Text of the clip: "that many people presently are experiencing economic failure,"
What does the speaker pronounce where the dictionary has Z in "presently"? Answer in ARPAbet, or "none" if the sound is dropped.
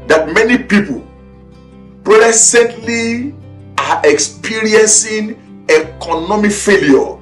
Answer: S